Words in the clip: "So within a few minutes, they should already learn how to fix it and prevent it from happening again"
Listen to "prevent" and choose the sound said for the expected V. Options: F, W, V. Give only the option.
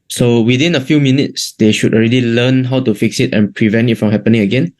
V